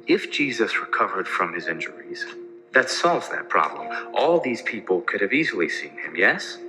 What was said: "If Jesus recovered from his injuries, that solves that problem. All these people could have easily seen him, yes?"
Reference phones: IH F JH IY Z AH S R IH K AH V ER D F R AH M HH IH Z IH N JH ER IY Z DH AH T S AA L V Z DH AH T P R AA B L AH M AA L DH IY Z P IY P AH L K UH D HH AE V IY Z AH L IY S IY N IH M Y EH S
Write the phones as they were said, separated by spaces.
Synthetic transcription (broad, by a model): IH F JH IY Z AH S R IH K AH V ER D F R AH M IH Z IH N JH ER IY Z DH AH T S AA L V Z DH AH T P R AA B L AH M AA L DH IY Z P IY P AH L K UH D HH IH V IY Z L IY S IY N IH M Y EH S